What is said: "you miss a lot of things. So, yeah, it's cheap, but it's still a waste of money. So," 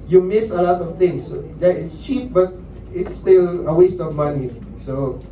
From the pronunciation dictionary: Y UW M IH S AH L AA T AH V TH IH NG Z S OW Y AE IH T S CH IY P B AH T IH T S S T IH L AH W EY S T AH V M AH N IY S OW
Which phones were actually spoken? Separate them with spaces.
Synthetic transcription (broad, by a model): Y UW M IH S AH L AA T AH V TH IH NG S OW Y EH IH T S CH IY P B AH T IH T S S T IH L AH W EY S T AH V M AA N IY S OW